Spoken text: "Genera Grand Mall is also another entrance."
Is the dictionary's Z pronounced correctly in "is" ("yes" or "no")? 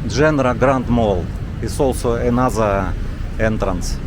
no